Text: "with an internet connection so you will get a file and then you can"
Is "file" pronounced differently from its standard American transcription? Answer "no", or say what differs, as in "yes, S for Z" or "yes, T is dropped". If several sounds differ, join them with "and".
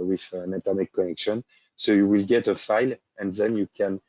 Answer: no